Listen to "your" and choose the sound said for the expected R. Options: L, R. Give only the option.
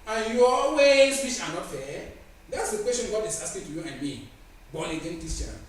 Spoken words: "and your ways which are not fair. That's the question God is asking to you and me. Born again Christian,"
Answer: L